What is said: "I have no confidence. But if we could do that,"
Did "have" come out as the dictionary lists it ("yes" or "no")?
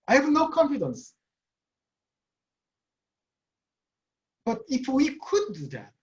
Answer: yes